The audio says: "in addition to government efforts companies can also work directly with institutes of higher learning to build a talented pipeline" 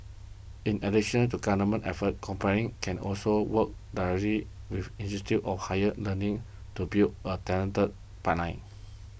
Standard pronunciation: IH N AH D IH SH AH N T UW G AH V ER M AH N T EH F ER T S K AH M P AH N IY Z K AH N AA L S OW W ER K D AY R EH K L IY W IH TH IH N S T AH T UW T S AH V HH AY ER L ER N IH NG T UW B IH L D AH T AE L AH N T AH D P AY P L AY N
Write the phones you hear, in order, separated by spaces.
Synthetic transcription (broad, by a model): IH N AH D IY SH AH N T UW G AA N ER M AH N T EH F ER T K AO M P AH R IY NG K AH N AA L S OW W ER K D AY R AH L IY W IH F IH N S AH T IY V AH F HH AY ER L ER N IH NG T UW B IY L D AH T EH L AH N T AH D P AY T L AY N